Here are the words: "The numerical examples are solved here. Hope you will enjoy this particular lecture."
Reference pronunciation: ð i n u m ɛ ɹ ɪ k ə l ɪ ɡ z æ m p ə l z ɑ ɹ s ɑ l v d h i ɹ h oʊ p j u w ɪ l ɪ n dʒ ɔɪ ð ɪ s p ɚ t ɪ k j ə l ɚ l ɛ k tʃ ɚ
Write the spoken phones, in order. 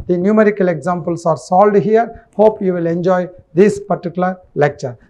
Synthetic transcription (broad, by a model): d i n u m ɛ ɹ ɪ k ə l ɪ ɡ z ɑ m p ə l s ɑ ɹ s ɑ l d h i ɹ h oʊ p j u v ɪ l ɪ n dʒ ɔɪ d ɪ s p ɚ t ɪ k j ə l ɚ l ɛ k tʃ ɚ